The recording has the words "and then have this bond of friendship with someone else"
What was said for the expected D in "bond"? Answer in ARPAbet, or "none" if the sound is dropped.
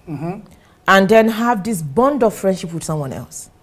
D